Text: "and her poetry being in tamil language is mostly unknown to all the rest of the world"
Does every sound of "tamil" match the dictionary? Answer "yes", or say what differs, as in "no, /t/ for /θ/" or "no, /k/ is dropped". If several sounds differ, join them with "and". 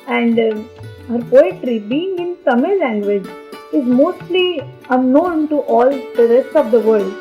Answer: no, /s/ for /t/